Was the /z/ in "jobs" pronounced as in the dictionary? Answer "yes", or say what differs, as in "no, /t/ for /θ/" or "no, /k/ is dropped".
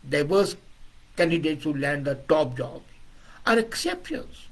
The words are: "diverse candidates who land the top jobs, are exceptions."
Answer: no, /z/ is dropped